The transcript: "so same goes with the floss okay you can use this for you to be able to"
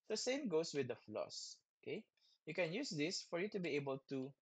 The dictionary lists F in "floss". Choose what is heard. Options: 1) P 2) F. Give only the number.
2